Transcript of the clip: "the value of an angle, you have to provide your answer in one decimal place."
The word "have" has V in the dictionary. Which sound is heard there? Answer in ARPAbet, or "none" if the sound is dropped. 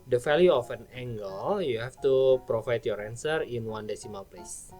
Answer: F